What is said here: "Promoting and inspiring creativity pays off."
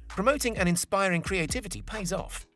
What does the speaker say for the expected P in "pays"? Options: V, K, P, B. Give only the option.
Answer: P